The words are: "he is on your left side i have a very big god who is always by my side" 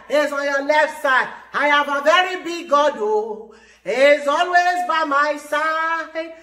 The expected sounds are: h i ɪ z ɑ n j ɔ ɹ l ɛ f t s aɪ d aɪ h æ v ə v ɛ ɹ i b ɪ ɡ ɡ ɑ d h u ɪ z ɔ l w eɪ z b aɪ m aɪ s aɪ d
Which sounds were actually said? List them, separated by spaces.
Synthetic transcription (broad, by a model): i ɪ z ɑ n j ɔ l ɛ f t s aɪ d aɪ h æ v ə v ɛ ɹ i b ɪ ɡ ɡ ɑ d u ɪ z ɔ l w eɪ z b aɪ m aɪ s aɪ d